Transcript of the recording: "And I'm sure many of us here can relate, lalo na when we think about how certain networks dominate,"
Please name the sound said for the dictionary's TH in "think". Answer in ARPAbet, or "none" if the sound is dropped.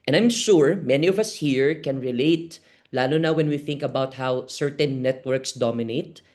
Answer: TH